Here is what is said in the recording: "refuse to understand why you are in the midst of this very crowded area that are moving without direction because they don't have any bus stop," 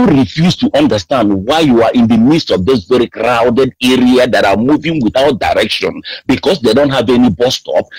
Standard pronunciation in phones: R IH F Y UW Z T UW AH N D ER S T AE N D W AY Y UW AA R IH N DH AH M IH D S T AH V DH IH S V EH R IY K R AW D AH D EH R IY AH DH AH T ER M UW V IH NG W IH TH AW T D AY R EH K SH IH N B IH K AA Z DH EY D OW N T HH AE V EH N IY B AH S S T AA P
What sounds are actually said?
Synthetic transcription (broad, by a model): R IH F Y UW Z T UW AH N D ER S T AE N D W AY Y UW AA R IH N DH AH M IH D S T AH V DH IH S V EH R IY K R AW D AH D EH R IY AH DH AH T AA M UW V IH NG W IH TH AW T D AY R EH K SH IH N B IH K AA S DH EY D OW N T HH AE V EH N IY B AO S S T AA P